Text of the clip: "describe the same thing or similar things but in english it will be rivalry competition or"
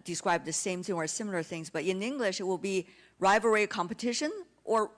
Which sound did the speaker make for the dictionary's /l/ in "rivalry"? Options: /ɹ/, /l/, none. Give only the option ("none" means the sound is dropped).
none